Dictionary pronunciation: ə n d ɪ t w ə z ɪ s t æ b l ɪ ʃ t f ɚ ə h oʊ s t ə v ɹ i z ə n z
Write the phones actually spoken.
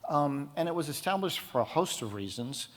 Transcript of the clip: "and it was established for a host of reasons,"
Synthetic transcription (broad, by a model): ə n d ɪ t w ə z ɪ s t æ b l ɪ ʃ t f ɚ ə h oʊ s t ə v ɹ i z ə n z